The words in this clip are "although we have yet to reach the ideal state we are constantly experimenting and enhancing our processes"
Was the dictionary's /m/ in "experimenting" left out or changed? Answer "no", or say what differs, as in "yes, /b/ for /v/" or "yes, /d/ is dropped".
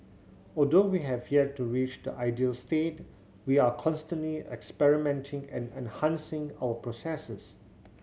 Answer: no